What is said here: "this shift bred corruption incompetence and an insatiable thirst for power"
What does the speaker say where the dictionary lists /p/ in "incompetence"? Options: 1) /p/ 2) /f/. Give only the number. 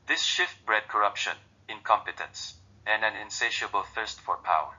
1